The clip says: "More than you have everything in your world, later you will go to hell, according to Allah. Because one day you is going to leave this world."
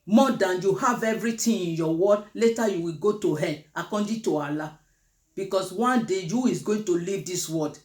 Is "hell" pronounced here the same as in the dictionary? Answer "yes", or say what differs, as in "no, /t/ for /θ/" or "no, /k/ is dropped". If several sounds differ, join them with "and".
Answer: no, /n/ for /l/